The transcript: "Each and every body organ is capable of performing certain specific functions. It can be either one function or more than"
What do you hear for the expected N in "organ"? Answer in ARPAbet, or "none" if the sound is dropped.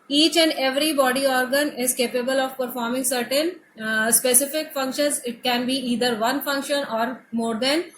N